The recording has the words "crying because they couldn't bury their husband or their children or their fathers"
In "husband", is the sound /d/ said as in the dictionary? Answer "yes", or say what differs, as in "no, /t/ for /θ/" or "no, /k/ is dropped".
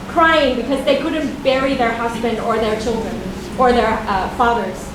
yes